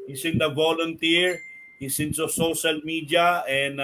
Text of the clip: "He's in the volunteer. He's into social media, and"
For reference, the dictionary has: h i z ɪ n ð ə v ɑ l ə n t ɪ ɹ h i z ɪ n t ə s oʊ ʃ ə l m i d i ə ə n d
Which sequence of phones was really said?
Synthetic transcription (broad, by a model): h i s ɪ n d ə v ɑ l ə n t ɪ ɹ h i s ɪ n s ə s oʊ ʃ ə l m i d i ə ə n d